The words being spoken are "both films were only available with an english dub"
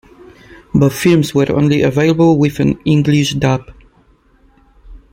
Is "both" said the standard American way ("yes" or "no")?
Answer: no